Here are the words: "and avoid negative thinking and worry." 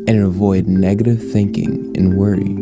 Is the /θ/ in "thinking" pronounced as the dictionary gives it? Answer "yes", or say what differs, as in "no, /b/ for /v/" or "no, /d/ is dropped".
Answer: yes